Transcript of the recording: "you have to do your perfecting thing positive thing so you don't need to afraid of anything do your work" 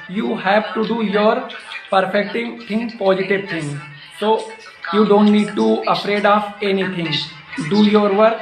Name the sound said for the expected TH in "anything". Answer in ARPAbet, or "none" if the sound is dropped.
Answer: T